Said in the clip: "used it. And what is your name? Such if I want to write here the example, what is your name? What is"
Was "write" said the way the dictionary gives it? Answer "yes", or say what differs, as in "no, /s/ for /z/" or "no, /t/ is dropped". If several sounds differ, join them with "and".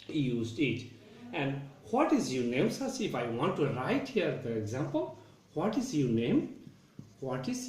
yes